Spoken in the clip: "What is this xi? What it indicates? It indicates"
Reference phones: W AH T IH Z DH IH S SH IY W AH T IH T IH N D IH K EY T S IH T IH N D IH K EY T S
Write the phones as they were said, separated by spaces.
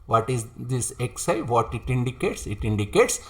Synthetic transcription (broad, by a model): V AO T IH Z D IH S S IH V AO T IH T IH N D IH K EY T S IH T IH N D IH K EY T S